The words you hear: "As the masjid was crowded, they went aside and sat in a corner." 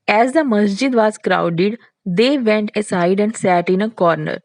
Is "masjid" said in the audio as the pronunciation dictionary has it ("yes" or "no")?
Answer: yes